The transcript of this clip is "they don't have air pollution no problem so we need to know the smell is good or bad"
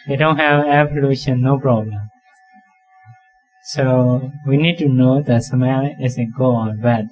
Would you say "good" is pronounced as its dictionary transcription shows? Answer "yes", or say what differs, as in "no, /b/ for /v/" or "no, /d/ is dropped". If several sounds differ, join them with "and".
no, /d/ is dropped